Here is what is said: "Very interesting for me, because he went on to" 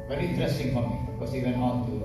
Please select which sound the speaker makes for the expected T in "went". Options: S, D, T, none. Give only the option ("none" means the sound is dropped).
none